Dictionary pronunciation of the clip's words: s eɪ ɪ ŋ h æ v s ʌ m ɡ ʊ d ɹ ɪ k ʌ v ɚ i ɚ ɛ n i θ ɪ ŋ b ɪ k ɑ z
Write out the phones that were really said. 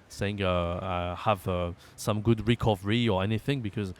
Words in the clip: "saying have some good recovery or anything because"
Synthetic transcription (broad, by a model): s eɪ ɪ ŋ h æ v s ʌ m ɡ ʊ d ɹ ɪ k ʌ v ɚ i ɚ ɛ n i θ ɪ ŋ b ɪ k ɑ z